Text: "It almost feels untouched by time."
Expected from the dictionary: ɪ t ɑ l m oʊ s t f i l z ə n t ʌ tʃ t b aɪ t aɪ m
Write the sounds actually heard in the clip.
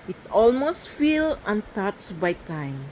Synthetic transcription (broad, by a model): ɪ t ɑ l m oʊ s t f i l ə n t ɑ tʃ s b aɪ t aɪ m